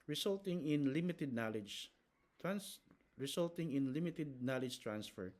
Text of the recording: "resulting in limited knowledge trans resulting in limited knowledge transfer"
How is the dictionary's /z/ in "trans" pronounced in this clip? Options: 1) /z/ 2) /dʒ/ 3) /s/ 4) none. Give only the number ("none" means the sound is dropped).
3